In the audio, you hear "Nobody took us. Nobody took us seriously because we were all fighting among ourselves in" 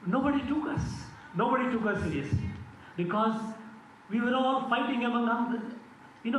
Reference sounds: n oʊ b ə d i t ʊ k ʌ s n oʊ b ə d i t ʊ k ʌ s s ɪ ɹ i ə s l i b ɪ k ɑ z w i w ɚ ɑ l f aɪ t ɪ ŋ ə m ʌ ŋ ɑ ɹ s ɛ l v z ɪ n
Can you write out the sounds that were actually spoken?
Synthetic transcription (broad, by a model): n oʊ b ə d i t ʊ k ʌ s n oʊ b ə d i t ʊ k ʌ s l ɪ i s i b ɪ k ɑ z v i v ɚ ɑ l f aɪ t ɪ ŋ ə m ʌ ŋ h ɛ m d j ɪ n